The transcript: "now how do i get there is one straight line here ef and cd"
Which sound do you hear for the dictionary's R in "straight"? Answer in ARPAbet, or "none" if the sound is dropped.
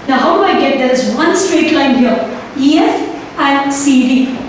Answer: R